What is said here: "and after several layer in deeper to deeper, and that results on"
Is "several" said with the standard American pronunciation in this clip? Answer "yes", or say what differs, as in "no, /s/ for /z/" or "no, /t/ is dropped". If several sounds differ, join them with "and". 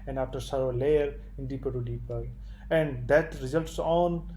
no, /v/ is dropped